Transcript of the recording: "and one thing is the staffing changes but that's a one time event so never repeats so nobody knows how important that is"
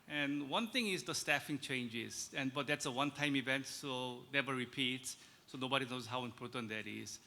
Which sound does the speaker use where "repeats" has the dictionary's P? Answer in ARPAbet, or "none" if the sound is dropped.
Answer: P